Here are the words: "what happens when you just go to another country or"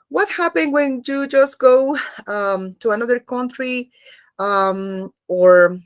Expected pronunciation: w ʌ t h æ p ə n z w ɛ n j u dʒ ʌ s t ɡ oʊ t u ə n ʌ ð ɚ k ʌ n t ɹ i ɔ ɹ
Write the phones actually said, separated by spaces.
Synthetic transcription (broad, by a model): w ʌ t h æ p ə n w ɛ n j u dʒ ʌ s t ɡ oʊ t u ə n ʌ ð ɚ k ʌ n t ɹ i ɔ ɹ